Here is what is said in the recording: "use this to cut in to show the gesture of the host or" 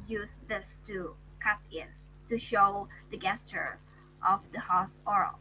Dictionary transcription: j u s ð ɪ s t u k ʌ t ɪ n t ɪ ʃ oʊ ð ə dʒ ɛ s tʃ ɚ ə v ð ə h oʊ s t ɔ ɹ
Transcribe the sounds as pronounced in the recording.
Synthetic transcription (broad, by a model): j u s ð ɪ s t u k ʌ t ɪ n t ɪ ʃ oʊ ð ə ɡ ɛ s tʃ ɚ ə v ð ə h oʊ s ɔ ɹ